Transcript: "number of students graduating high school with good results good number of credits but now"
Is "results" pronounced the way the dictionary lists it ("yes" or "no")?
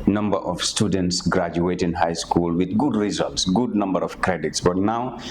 yes